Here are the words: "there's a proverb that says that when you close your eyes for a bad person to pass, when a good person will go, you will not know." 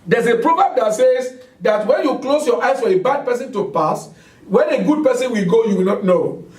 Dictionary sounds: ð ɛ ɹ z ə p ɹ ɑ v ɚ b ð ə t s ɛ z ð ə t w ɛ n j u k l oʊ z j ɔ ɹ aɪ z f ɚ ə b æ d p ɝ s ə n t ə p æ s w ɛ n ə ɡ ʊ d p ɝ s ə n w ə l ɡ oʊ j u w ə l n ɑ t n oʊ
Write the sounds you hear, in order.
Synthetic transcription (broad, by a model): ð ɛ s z ə p ɹ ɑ b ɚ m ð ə t s ɛ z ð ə t w ɛ n j u k l oʊ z j ɔ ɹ aɪ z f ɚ ə b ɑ d p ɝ s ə n t ə p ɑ s w ɛ n ə ɡ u d p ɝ s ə n w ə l ɡ oʊ j u w ə l n ɑ t n oʊ